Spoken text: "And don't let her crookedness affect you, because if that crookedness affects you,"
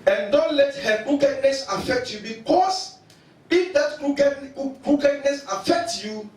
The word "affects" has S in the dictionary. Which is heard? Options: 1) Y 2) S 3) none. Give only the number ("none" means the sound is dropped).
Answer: 3